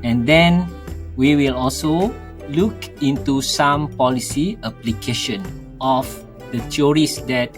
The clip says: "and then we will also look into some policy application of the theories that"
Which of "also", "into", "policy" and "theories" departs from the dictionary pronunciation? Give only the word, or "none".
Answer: theories